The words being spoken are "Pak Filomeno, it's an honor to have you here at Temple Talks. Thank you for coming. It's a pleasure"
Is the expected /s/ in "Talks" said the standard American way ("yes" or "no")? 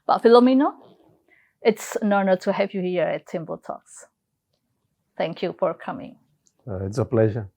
yes